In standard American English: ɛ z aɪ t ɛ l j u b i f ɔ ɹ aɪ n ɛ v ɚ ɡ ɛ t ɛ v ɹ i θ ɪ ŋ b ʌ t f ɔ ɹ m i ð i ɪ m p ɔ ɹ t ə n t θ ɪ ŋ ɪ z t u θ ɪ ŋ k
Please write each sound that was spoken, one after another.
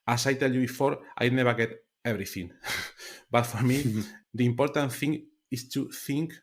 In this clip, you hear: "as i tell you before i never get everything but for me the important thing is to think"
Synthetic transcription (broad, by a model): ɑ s aɪ t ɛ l j u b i f ɔ ɹ aɪ n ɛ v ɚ ɡ ɛ t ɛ b ɹ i θ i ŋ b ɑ t f ɔ ɹ m i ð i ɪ m p ɔ ɹ t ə n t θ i ŋ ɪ s t u θ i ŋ k